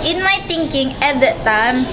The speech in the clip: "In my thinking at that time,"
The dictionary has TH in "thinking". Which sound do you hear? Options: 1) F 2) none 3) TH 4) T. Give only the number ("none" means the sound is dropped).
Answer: 4